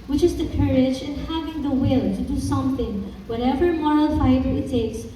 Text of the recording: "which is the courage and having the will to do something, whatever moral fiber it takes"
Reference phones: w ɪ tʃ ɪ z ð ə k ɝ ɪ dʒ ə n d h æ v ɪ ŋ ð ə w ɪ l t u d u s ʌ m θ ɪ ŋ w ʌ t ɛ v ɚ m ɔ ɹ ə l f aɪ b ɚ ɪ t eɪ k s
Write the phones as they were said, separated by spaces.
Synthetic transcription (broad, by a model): w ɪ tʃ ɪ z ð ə k ɝ ɪ dʒ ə n h æ v ɪ ŋ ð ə w ɪ l t u d u s ʌ m θ ɪ ŋ w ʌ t ɛ v ɚ m ɔ ɹ ə l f aɪ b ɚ ɪ t eɪ k s